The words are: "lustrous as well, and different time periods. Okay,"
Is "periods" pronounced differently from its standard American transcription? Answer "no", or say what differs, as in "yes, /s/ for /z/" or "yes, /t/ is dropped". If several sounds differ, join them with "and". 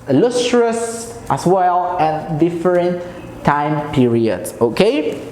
yes, /s/ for /z/